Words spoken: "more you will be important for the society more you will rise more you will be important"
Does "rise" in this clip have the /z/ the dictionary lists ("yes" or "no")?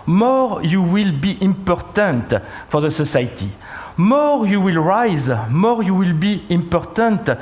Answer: yes